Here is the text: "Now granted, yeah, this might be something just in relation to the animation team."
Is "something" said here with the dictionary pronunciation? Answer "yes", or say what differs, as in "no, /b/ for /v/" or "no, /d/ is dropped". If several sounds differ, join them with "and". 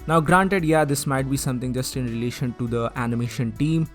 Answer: no, /t/ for /θ/